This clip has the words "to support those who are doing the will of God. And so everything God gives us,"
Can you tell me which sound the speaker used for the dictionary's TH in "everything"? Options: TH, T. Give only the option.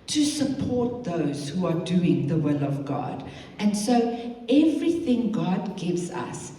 TH